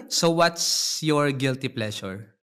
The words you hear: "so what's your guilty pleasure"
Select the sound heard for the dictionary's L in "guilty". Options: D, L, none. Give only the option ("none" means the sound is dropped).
L